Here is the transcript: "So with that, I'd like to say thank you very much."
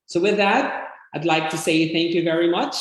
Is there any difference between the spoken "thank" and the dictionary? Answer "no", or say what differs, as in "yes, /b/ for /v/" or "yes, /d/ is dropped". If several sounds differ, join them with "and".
no